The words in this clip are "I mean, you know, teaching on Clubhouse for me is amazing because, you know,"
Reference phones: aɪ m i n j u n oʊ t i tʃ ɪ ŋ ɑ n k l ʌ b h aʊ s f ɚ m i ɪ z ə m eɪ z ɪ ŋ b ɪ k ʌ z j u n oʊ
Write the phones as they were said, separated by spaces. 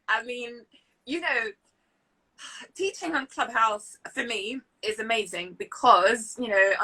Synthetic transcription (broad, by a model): aɪ m i n j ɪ n oʊ t i tʃ ɪ ŋ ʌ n k l ʌ b h aʊ s f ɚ m i ɪ z ə m eɪ z ɪ ŋ b ɪ k ʌ z j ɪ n oʊ